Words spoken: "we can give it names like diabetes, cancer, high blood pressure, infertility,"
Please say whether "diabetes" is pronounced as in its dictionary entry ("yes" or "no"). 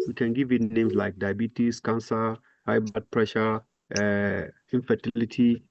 no